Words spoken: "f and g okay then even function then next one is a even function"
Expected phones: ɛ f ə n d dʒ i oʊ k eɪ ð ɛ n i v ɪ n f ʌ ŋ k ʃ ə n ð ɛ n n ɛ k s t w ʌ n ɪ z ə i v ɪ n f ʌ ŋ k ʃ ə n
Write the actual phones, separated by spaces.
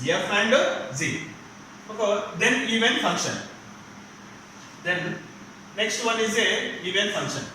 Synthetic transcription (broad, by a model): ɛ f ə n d z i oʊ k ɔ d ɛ n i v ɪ n f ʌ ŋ k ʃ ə n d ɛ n n ɛ k s t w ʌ n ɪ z ə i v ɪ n f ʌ ŋ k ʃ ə n